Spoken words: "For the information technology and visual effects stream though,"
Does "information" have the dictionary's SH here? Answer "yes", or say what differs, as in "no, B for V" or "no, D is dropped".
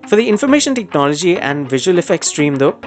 yes